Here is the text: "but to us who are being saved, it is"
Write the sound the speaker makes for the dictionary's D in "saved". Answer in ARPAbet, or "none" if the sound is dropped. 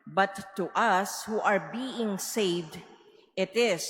D